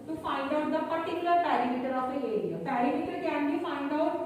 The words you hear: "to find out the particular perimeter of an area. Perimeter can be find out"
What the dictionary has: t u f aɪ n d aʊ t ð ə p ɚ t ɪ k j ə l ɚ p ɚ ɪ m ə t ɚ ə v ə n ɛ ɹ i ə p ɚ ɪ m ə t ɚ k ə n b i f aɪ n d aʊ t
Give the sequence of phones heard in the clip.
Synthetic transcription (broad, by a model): t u f aɪ n d aʊ t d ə p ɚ t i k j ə l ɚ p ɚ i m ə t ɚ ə p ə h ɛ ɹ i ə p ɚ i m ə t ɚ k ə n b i f aɪ n d aʊ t